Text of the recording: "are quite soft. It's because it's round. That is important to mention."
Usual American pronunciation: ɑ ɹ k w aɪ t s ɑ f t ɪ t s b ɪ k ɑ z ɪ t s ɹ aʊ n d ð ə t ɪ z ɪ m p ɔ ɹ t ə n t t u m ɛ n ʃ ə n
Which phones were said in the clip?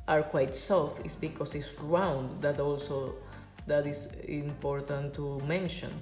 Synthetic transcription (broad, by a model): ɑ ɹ k w aɪ t s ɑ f ɪ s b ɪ k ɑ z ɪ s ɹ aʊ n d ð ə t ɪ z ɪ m p ɔ ɹ t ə n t t u m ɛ n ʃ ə n